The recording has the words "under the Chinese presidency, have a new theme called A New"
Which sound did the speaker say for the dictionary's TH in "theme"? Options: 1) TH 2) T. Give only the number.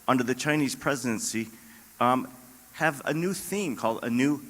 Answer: 1